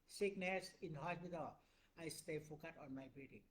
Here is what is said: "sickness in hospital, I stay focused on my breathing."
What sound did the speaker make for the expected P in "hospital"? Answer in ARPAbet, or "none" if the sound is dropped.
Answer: B